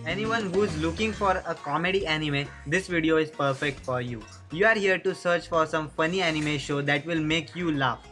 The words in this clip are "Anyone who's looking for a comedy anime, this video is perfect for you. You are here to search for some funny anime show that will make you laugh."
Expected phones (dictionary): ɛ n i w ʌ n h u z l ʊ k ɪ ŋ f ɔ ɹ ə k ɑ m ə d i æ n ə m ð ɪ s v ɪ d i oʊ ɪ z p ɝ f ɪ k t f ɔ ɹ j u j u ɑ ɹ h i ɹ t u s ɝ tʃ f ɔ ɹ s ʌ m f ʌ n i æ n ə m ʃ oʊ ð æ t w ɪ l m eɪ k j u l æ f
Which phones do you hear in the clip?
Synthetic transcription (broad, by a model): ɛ n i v ʌ n h u z l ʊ k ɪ ŋ f ɔ ɹ ə k ɑ m ə d i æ n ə m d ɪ s v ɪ d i oʊ ɪ z p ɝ f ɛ k t f ɔ ɹ j u j u ɑ ɹ h i ɹ t u s ɝ tʃ f ɔ ɹ s ʌ m f ʌ n i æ n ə m ʃ oʊ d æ t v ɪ l m eɪ k j u l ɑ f